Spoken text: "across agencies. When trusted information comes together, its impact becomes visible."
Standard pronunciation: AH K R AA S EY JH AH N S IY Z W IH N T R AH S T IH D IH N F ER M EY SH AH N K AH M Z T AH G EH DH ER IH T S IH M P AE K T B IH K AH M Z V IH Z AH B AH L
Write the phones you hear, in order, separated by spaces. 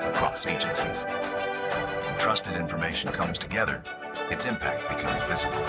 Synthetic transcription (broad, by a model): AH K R AA S EY JH AH N S IY Z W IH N T R AH S T IH D IH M F ER M EY SH N K AH M Z T AH G EH DH ER IH T S IH M P AE K T B IH K AH M Z V IH Z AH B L